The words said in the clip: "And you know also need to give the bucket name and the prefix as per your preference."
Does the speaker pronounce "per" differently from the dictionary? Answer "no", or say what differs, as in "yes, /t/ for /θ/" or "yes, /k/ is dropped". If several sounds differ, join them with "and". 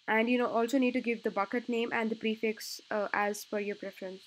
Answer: yes, /f/ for /p/